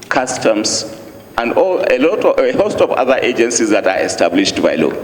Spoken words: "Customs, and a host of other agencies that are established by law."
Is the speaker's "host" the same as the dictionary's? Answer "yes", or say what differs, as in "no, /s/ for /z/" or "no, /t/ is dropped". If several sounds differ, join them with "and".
yes